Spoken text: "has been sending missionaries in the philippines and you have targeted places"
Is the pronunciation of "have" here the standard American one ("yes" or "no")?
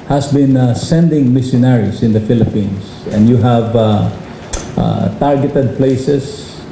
yes